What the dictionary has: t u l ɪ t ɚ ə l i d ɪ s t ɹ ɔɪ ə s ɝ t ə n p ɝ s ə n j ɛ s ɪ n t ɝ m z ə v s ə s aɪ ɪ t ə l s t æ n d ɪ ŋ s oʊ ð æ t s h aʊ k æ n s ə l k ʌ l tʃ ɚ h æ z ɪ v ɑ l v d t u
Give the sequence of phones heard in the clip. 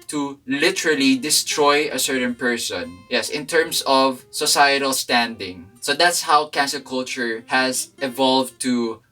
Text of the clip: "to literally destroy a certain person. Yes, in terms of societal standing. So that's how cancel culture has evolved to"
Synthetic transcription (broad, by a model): t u l ɪ t ɚ ə l i d ɪ s t ɹ ɔɪ ə s ɝ t ə n p ɝ s ə n j ɛ s ɪ n t ɝ m s ə v s ə s aɪ ɪ t ə l s t æ n d ɪ ŋ s oʊ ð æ t s h aʊ k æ n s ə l k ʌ l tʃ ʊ h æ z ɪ v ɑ l v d t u